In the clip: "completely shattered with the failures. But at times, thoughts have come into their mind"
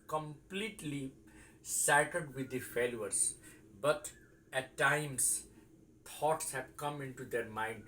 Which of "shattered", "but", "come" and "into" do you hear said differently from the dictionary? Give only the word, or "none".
shattered